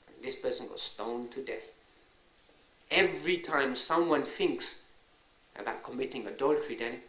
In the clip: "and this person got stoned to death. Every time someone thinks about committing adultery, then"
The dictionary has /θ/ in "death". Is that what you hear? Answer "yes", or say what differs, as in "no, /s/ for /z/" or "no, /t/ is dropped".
yes